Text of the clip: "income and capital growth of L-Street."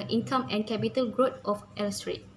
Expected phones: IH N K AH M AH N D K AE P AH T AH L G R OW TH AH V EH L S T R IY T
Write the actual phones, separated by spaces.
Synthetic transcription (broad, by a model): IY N K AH M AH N K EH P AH T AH L G R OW T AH F EH L S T R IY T